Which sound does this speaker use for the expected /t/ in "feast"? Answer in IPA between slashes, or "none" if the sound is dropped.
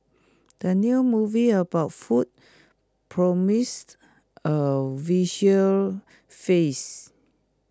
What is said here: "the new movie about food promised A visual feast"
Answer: none